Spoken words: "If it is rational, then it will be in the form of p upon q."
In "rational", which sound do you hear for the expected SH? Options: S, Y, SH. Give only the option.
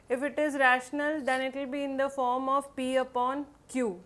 SH